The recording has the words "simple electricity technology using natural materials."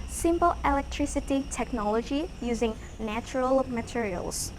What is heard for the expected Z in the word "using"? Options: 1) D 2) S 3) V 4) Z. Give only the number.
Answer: 4